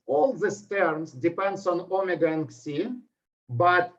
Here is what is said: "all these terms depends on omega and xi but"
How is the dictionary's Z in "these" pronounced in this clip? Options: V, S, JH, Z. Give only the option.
S